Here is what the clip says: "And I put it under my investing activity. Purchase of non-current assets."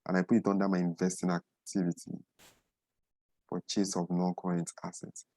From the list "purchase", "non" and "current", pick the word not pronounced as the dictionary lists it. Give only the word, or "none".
purchase